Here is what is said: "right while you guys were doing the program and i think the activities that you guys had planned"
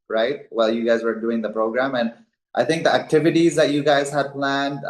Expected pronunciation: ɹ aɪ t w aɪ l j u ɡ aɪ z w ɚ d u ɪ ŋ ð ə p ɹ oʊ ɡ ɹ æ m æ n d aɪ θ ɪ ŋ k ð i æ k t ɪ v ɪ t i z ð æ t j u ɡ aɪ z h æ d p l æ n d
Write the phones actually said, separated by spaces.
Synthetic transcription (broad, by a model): ɹ aɪ t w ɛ l j u ɡ aɪ z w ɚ d u ɪ ŋ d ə p ɹ oʊ ɡ ɹ æ m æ n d aɪ t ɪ ŋ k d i æ k t ɪ v ɪ t i z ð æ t j u ɡ aɪ z h æ d p l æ n d